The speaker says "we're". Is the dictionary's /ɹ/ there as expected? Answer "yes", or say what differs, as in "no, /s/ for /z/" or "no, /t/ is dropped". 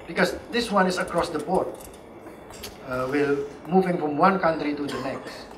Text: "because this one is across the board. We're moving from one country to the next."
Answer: no, /l/ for /ɹ/